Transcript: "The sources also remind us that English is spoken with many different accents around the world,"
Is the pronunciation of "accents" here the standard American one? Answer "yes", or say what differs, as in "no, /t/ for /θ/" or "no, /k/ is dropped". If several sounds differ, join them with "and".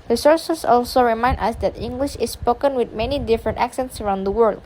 yes